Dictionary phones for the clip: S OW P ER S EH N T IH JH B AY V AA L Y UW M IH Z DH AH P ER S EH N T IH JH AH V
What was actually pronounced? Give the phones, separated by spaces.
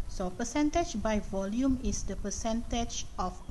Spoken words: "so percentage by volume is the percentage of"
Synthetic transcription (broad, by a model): S OW P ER S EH N T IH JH B AY V AA L Y UW M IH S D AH P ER S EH N T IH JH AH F